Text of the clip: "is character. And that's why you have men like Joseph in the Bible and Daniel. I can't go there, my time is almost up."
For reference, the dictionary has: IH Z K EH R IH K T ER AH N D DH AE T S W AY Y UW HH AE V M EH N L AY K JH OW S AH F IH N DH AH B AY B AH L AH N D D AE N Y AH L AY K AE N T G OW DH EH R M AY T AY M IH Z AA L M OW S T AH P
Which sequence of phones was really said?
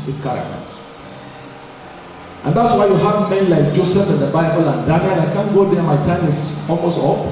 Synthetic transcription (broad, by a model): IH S K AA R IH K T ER AH N D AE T S W AY Y UW HH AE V M EH N L AY K JH OW S AH F IH N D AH B AY B AH L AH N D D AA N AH N AY K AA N G OW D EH M AY T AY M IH S AA L M OW S T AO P